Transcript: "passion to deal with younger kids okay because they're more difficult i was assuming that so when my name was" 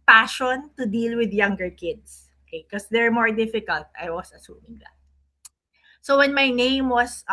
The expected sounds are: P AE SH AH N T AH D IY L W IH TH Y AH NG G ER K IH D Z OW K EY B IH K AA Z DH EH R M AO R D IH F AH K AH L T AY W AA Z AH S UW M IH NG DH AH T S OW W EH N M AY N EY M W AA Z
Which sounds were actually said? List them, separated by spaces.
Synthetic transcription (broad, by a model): P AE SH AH N T AH D IY L W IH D Y AH NG G ER K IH D S OW K EY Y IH K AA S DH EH R M AO R D IH F AH K AH L T AY W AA S AH S UW M IH NG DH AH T S OW W EH N M AY N EY M W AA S